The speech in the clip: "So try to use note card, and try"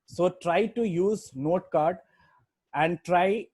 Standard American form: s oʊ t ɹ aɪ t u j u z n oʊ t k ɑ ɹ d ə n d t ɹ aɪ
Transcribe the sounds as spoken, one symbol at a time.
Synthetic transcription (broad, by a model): s oʊ t ɹ aɪ t u j u z n oʊ t k ɑ ɹ d ə n d t ɹ aɪ